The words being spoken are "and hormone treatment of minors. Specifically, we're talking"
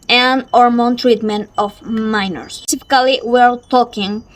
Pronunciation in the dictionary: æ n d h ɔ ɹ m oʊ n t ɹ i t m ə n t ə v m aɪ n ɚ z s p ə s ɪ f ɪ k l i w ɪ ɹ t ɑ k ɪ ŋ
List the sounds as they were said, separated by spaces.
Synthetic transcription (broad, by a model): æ n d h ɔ ɹ m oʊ n t ɹ i t m ə n t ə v m aɪ n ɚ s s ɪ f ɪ k l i w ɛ l t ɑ k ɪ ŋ